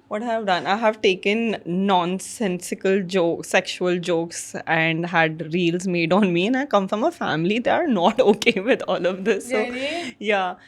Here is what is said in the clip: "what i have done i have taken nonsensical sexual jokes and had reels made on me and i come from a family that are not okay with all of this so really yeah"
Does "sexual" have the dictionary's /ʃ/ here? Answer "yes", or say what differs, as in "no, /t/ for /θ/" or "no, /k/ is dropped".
yes